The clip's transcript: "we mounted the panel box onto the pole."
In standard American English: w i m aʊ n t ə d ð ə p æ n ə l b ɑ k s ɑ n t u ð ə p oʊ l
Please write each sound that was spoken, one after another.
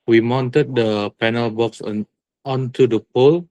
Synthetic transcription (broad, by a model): w i m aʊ n t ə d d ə p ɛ n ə l b ɑ k s ɑ n t u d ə p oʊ l